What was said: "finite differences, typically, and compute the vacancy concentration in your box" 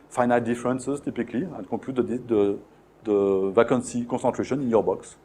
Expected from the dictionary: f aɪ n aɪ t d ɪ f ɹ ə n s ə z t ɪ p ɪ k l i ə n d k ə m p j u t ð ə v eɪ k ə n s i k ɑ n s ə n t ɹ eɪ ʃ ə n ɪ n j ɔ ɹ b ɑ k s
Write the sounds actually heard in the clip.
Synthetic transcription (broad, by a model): f aɪ n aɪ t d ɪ f ɹ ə n s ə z t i p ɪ k l i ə n k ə p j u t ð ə v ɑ k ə n s i k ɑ s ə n t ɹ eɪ ʃ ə n ɪ n j ɔ ɹ b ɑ k s